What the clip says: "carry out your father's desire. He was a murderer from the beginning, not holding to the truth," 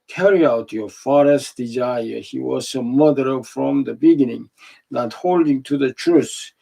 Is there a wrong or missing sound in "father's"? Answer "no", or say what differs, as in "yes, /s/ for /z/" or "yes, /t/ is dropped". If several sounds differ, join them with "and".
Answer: yes, /s/ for /z/